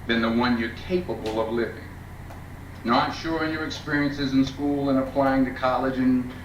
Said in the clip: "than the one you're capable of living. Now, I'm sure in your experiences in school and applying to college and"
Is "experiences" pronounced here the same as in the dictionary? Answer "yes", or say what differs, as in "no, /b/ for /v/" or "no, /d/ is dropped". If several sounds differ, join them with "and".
yes